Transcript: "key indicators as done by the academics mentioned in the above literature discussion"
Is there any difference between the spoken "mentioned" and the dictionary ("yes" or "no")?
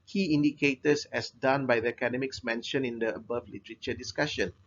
yes